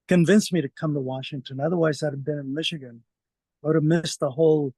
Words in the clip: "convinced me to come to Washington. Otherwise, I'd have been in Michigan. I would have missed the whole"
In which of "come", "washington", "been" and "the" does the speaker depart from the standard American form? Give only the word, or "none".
none